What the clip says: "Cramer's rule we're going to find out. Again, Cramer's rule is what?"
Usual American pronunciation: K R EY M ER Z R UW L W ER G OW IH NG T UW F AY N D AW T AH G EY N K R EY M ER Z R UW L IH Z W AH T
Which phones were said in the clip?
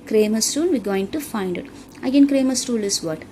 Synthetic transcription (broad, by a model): K R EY M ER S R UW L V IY G OW IH NG T UW F AY N D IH T AH G EY N K R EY M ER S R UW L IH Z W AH T